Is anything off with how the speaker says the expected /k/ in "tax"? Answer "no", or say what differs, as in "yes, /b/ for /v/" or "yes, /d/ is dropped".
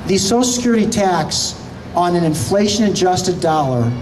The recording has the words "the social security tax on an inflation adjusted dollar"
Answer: no